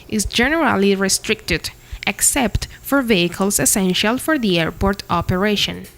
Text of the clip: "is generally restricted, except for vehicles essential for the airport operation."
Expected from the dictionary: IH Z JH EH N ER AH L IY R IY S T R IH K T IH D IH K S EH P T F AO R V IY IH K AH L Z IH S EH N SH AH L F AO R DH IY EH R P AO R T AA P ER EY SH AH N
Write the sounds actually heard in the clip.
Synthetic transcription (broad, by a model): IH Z JH EH N ER AH L IY R IY S T R IH K T IH D IH K S EH P T F AO R V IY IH K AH L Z IH S EH N SH AH L F AO R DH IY EH R P AO R T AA P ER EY SH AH N